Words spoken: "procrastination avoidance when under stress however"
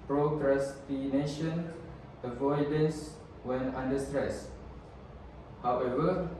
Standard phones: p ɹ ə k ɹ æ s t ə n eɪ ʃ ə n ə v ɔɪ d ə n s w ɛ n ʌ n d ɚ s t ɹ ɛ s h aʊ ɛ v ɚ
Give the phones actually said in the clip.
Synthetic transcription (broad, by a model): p ɹ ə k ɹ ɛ s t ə n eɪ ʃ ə n ə v ɔɪ d ə n s w ɛ n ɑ n d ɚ s t ɹ ɛ s h aʊ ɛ v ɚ